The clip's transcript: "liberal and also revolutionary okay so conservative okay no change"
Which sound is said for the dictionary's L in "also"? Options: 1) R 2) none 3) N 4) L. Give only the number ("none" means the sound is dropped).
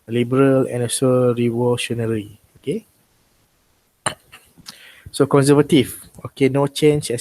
2